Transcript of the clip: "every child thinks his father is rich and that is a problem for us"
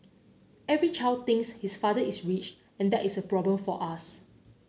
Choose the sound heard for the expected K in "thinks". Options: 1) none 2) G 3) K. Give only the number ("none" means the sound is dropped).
1